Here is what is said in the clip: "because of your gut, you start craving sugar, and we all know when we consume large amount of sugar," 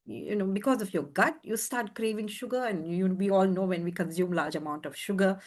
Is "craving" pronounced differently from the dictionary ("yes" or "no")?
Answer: no